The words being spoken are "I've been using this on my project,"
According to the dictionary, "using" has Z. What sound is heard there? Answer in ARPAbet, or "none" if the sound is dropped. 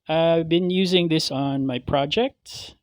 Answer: Z